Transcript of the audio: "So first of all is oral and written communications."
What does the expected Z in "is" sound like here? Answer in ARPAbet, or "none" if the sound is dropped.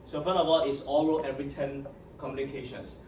S